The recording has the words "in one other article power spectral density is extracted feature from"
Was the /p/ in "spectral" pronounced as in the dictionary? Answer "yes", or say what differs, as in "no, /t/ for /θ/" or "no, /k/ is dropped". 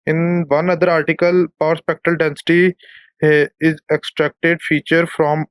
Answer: yes